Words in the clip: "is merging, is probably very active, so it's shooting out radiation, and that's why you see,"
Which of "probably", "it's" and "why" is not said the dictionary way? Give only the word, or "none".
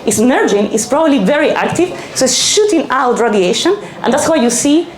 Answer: none